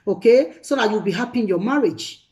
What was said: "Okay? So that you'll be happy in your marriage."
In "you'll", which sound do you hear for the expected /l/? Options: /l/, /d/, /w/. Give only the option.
/w/